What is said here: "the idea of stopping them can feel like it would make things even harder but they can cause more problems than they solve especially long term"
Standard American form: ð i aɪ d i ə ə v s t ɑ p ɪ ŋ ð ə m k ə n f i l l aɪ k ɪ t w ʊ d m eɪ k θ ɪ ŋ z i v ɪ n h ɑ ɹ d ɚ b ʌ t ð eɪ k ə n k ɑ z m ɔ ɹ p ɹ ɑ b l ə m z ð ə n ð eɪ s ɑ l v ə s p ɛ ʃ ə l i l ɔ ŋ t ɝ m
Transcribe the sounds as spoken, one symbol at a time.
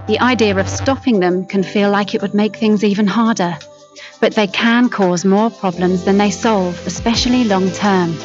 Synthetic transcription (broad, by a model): ð i aɪ d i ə ə v s t ɑ p ɪ ŋ ð ə m k ə n f i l l aɪ k ɪ t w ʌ d m eɪ k θ ɪ ŋ z i v ɪ n h ɑ ɹ d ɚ b ʌ t ð eɪ k ə n k ɑ z m ɔ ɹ p ɹ ɑ b l ə m z ð ə n ð eɪ s ɑ l v ə s p ɛ ʃ ə l i l ɔ ŋ t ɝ m